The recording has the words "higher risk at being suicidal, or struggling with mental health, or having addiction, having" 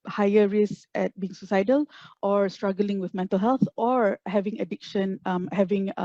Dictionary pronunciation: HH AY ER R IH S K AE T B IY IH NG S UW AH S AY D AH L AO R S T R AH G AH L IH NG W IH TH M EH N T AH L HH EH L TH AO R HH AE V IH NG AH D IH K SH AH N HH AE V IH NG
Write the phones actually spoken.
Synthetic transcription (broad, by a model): HH AY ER R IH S EH T B IY IH NG S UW S AY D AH L AO R S T R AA G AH L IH NG W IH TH M EH N T AH L HH EH L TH AO R HH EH V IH NG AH D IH K SH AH N HH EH V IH NG